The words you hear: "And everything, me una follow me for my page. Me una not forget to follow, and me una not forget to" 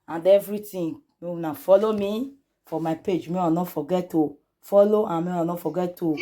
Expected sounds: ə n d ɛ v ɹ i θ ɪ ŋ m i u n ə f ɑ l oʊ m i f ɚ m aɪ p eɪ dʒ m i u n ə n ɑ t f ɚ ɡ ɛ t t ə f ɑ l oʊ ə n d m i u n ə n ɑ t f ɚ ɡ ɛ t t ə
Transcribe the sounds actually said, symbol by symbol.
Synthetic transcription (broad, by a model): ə n d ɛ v ɹ i t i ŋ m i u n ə f ɑ l oʊ m i f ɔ m aɪ p eɪ dʒ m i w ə n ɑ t f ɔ ɡ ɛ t t ə f ɑ l oʊ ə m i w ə n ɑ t f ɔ ɡ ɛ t t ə